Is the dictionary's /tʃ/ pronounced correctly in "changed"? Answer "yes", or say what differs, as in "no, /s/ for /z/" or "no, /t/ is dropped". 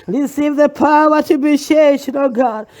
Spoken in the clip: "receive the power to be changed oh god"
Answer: no, /ʃ/ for /tʃ/